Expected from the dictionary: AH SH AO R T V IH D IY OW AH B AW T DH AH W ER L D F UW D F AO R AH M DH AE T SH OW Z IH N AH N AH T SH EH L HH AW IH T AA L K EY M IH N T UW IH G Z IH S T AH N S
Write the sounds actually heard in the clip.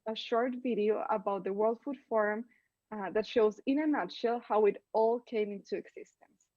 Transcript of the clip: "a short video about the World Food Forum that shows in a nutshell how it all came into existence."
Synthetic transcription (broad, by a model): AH SH AO R T V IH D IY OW AH B AW T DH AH W ER L D F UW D F AO R AH M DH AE T SH OW Z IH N AH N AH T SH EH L HH AW IH T AA L K EY M IH N T UW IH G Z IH S T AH N S